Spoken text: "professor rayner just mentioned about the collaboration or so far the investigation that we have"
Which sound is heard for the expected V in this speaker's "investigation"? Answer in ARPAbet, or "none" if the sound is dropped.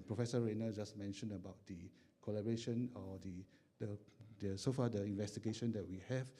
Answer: V